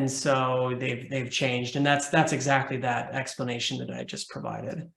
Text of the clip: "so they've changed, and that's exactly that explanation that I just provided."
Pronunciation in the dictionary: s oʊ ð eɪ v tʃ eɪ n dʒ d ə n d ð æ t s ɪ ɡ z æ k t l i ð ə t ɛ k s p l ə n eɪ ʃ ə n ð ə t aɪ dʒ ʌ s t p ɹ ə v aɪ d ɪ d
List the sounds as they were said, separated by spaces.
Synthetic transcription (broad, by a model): s oʊ ð eɪ v tʃ eɪ n dʒ d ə n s ð æ t s ɪ ɡ z æ k t l i ð ə t ɛ k s p l ə n eɪ ʃ ə n ð ə t aɪ dʒ ʌ s p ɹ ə v aɪ d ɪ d